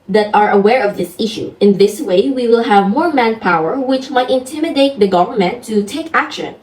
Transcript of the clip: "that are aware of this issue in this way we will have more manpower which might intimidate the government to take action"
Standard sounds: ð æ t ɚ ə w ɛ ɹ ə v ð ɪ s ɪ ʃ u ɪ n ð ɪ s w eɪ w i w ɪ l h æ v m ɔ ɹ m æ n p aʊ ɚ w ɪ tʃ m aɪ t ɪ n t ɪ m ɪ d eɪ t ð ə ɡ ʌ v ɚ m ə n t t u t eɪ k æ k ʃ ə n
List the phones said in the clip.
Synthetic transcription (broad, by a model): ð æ t ɚ ə w ɛ ɹ ə v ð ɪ s ɪ ʃ u ɪ n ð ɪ s w eɪ w i w ɪ l h æ v m ɔ ɹ m æ n p aʊ ɚ w ɪ tʃ m aɪ t ɪ n t ɪ m ɪ d eɪ t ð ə ɡ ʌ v ɚ m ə n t t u t eɪ k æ k ʃ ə n